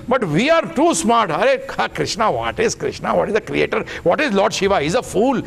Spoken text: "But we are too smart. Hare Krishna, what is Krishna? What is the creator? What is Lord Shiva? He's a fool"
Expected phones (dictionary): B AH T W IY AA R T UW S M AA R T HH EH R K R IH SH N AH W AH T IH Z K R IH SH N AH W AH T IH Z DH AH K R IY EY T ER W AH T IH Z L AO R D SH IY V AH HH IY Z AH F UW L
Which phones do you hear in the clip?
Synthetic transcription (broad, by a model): B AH T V IY AA R T UW S M AA R T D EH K K R IH SH N AH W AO T IH Z K R IH SH N AH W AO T IH Z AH K R IY EY T ER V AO T IH Z L AO R D SH IY V AH HH IY Z AH F UW L